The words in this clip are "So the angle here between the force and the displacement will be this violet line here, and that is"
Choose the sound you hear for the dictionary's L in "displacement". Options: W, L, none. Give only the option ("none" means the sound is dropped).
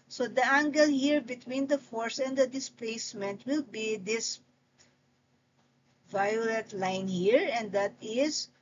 L